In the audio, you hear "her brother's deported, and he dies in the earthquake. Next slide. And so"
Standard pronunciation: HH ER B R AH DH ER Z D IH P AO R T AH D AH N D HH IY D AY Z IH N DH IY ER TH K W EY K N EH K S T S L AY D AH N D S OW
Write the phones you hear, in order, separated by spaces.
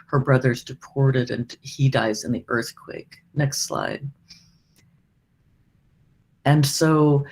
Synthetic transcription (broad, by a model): HH ER B R AH DH ER Z D IH P AO R T AH D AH N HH IY D AY Z IH N DH IY ER TH K W EY K N EH K S T S L AY D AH N S OW